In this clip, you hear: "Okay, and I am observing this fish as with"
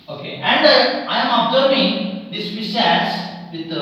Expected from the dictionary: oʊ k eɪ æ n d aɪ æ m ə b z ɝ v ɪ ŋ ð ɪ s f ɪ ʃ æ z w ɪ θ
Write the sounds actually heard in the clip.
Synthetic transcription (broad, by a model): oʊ k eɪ æ n d aɪ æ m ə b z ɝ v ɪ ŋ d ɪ s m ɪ s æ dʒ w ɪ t